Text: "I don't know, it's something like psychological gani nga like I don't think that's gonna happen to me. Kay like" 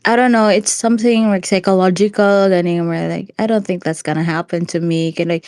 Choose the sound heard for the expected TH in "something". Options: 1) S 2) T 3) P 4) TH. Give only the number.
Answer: 4